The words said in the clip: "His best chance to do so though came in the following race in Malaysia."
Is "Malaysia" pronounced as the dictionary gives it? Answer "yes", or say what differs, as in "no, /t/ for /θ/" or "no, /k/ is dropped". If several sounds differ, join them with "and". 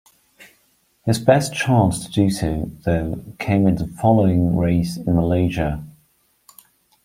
yes